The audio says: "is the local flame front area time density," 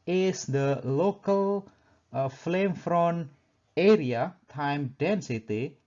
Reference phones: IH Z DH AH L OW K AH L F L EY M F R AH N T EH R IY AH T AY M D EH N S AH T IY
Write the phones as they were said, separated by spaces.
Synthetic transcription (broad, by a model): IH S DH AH L OW K AH L F L EY M F R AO N EH R IY AH T AY M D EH N S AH T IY